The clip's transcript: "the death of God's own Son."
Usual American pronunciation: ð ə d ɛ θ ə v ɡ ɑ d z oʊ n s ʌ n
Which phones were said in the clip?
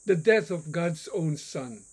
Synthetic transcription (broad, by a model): ð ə d ɛ θ ə v ɡ ɑ d z oʊ n s ʌ n